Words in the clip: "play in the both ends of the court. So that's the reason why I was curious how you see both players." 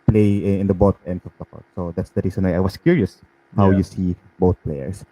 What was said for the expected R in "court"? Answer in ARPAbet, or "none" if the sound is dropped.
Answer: L